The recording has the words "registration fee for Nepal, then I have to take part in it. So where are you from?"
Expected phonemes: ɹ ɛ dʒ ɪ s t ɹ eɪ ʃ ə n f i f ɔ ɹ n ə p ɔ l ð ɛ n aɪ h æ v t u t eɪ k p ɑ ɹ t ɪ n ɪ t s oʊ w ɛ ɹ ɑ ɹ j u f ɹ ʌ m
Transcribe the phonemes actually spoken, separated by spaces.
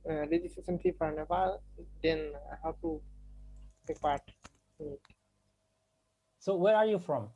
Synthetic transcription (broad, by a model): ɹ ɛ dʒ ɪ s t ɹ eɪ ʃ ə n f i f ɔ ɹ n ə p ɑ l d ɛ n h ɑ w t u t eɪ k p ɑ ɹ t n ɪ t s oʊ w ɛ ɹ ɑ ɹ j u f ɹ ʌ m